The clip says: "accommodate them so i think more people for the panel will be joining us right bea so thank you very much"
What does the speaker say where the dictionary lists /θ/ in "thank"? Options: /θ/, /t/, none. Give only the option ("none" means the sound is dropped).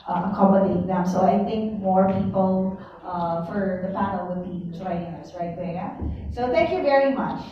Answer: /θ/